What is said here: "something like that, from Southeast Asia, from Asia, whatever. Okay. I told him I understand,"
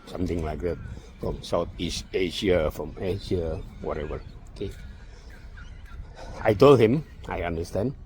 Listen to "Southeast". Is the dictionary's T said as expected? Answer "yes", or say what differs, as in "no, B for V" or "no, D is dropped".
no, T is dropped